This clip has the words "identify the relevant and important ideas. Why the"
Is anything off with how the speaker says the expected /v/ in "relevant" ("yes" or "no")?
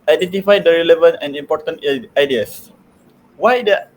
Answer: no